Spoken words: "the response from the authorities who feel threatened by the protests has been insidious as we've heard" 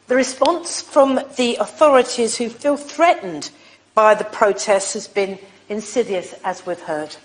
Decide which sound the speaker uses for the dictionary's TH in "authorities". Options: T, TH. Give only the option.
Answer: TH